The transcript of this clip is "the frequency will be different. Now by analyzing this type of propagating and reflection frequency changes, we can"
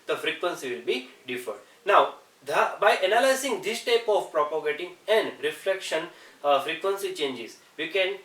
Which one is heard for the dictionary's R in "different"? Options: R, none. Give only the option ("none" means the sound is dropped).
none